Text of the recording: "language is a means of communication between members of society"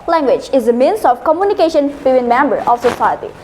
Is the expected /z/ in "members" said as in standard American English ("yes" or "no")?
no